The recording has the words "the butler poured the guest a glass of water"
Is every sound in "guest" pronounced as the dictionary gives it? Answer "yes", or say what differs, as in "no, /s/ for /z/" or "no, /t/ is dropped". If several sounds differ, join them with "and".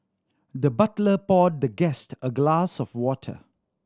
yes